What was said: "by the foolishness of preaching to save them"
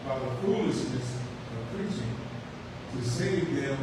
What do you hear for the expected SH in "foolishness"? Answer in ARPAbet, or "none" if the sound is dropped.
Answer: S